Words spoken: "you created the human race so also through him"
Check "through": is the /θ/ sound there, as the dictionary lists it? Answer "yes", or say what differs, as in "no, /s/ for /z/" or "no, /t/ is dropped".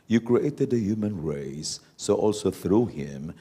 yes